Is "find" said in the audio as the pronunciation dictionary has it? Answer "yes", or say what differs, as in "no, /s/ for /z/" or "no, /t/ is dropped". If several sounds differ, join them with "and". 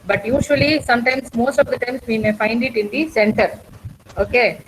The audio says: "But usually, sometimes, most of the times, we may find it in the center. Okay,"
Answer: yes